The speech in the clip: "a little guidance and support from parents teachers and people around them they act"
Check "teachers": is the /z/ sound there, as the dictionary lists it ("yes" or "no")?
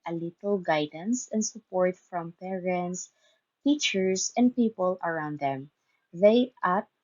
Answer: no